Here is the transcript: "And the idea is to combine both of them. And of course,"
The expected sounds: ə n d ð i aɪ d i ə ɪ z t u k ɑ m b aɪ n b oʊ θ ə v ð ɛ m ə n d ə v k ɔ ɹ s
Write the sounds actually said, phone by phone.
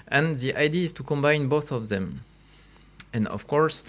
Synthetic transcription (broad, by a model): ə n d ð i aɪ d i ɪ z t u k ɑ m b aɪ n b oʊ θ ə v ð ɛ m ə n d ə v k ɔ ɹ s